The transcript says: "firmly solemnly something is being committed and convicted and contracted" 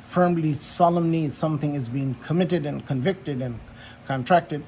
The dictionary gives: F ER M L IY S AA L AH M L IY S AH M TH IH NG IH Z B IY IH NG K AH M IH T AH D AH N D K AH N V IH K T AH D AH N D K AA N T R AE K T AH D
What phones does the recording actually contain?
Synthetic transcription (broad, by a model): F ER M L IY S AA L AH M N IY S AH M TH IH NG IH Z B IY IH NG K AH M IH T AH D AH N K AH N V IH K T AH D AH N K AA N T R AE K T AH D